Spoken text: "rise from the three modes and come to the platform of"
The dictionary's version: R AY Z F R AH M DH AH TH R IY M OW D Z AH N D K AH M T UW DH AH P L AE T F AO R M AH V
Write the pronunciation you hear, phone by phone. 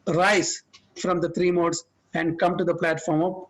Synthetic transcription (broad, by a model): R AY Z F R AH M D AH T R IY M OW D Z AH N D K AH M T UW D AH P L AE T F AO R M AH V